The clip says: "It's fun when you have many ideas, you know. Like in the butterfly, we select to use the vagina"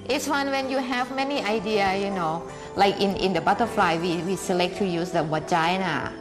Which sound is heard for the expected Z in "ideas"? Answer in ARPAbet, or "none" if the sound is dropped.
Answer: none